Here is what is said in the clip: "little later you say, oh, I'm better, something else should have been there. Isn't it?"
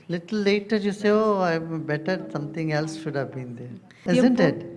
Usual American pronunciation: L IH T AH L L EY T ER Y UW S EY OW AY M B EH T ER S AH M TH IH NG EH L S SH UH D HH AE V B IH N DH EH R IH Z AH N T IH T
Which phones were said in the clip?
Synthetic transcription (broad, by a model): L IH T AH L L EY T ER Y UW S EY OW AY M B EH T ER S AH M T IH NG EH L S SH UH D HH AE V B IH N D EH R IH Z AH N T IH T